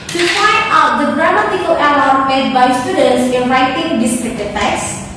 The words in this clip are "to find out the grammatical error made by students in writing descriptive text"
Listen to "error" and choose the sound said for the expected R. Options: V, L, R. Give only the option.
L